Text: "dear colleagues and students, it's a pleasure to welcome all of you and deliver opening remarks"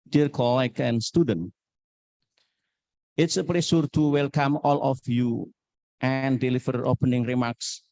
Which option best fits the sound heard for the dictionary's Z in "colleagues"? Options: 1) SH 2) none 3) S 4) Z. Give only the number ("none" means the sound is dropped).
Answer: 2